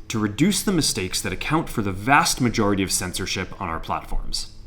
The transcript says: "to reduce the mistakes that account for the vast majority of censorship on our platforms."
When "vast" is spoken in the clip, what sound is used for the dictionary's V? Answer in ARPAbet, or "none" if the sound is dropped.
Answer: V